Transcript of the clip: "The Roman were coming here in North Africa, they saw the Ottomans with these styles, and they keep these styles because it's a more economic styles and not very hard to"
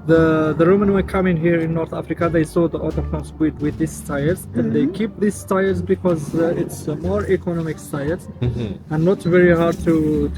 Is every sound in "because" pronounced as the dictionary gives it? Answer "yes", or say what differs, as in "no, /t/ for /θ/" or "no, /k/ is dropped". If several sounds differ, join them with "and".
yes